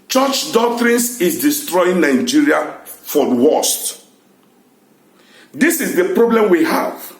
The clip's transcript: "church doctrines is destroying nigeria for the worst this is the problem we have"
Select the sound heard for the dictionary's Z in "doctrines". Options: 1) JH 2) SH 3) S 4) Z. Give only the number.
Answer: 3